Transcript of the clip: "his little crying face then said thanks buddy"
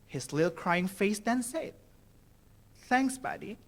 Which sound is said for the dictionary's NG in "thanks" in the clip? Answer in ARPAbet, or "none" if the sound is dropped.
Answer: NG